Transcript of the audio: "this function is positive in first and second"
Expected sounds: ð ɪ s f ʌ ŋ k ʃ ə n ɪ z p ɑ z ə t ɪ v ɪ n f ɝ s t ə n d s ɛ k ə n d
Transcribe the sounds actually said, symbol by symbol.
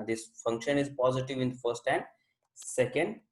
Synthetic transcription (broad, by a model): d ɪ s f ʌ ŋ k ʃ ə n ɪ z p ɑ z ə t ɪ v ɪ n f ɝ s t ə n d s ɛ k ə n d